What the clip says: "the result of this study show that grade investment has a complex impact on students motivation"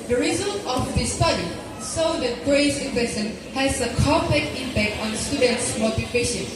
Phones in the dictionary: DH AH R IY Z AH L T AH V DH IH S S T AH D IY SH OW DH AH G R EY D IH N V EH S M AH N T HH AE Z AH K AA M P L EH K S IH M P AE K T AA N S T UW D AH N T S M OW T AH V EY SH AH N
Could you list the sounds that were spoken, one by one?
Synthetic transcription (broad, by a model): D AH R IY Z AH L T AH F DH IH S S T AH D IY S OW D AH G R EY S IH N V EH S AH N HH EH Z AH K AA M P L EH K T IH M P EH K T AA N S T UW D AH N T S M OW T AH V EY SH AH N